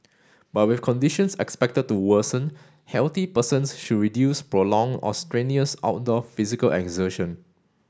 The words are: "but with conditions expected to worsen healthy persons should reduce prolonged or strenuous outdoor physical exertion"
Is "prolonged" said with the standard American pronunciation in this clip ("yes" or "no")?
no